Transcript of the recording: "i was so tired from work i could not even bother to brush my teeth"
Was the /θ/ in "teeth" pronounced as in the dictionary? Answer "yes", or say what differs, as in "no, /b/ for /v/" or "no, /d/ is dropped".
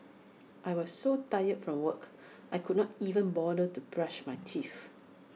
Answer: no, /f/ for /θ/